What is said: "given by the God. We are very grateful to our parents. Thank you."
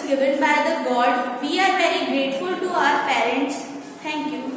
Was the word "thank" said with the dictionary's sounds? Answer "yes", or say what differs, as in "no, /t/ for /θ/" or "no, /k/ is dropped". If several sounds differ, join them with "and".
no, /t/ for /θ/